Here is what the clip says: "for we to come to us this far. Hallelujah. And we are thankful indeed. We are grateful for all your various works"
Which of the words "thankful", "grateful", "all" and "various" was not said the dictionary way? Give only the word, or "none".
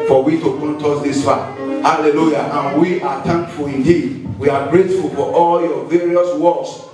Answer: thankful